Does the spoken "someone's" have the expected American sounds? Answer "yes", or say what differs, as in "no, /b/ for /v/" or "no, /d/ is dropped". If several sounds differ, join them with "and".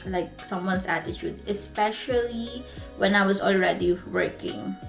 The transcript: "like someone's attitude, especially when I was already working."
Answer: no, /s/ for /z/